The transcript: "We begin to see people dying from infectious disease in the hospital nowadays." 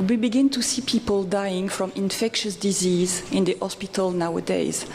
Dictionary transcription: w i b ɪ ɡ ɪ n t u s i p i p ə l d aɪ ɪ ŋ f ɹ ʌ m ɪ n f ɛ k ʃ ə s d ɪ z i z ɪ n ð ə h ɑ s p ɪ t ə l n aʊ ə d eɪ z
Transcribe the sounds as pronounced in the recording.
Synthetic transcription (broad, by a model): w i b ɪ ɡ ɪ n t u s i p i p ə l d aɪ ɪ ŋ f ɹ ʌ m ɪ n f ɛ k ʃ ə s d ɪ z i z ɪ n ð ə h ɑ s p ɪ t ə l n aʊ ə d eɪ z